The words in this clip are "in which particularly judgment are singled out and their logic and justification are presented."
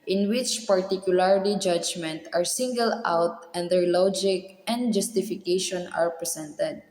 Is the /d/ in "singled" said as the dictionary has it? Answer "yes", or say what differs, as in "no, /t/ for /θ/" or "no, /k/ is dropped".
no, /d/ is dropped